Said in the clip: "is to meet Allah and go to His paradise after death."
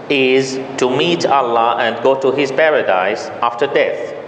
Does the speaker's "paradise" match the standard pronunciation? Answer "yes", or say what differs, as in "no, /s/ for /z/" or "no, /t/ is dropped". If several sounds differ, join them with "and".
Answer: yes